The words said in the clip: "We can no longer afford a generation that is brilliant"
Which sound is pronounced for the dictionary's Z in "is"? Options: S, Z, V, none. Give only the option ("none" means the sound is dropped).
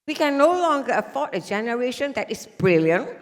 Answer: S